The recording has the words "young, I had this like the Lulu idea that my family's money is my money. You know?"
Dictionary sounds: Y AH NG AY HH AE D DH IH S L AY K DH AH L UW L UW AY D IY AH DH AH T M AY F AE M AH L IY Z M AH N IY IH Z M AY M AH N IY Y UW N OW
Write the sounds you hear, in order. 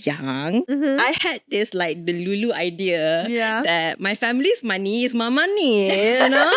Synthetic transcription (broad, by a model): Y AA NG AY HH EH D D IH S L AY K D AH L UW L UW AY D IY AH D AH T M AY F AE M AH L IY S M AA N IY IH S M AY M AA N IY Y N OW